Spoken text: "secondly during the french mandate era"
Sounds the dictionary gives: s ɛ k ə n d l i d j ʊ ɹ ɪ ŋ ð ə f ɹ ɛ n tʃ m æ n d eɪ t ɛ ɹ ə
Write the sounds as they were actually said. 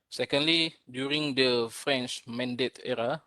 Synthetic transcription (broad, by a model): s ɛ k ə n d l i d j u ɹ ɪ ŋ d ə f ɹ ɛ n tʃ m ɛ n d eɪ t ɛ ɹ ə